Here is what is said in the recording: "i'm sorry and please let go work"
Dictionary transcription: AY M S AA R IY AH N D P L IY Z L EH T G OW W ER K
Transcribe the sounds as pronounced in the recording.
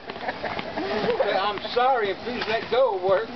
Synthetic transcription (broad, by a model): AY M S AA R IY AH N P L IY Z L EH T G OW W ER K